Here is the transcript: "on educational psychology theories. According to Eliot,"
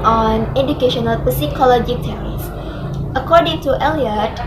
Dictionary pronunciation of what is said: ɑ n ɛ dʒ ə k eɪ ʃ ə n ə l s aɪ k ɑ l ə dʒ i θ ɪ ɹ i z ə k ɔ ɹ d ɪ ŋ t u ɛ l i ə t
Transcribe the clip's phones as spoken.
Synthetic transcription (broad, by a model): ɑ n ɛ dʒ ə k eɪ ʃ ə n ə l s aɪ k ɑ l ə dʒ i t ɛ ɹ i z ə k ɔ ɹ d ɪ ŋ t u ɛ l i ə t